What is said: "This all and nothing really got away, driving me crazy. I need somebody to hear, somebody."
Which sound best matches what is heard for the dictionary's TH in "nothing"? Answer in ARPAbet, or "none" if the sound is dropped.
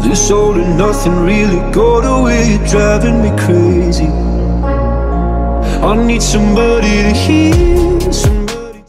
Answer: TH